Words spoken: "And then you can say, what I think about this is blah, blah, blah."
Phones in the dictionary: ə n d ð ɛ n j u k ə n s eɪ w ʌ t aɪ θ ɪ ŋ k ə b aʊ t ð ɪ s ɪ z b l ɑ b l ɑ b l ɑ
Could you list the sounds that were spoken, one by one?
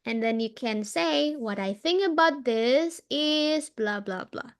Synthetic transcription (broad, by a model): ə n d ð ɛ n j u k ə n s eɪ w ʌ t aɪ θ ɪ ŋ k ə b aʊ t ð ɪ s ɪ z b l ɑ b l ɑ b l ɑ